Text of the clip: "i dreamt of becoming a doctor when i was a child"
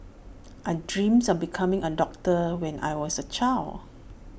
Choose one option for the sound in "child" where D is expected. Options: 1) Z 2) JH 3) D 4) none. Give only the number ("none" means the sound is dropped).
4